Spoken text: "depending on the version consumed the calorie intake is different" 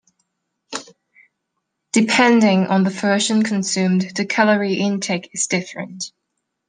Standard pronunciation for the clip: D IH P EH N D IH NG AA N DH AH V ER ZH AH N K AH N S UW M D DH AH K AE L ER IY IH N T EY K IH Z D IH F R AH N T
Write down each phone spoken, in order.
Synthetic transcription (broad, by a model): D IH P EH N D IH NG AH N DH AH F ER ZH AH N K AH N S UW M D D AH K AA L ER IY IH N T EY K IH Z D IH F R AH N T